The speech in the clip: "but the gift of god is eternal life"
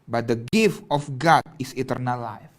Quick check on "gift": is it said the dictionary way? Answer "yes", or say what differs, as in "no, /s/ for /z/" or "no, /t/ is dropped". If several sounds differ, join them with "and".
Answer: yes